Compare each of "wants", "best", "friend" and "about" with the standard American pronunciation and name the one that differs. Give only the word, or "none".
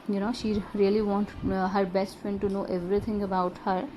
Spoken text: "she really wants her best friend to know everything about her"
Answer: wants